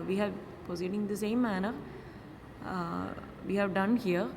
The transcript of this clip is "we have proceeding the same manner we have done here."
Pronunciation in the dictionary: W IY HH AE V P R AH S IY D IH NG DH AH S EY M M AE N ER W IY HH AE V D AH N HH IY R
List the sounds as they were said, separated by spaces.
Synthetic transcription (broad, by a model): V IY HH AE V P AH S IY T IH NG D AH S EY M M AE N ER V IY HH AE V D AH N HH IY R